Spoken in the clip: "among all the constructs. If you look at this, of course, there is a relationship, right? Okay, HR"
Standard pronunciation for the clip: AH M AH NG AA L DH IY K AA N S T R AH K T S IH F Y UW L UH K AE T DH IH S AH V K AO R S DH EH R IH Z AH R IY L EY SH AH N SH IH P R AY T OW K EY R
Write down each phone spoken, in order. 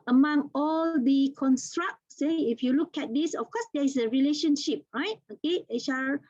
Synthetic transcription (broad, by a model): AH M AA NG AA L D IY K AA N S T R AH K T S IH F Y UW L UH K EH T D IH S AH F K AO S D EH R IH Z AH R IY L EY SH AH N SH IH P R AY T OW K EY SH